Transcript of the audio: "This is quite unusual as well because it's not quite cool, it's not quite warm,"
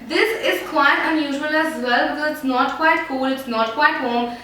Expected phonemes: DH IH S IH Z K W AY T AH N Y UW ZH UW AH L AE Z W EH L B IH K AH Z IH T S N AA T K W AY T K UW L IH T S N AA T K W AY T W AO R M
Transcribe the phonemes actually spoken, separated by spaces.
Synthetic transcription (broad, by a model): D IH S IH Z K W AY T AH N Y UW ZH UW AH L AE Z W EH L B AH IH T S N AA T K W AY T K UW L IH T S N AA T K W AY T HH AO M